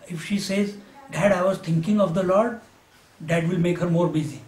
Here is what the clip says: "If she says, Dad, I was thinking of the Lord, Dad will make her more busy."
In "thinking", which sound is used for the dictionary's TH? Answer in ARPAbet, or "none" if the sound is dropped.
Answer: T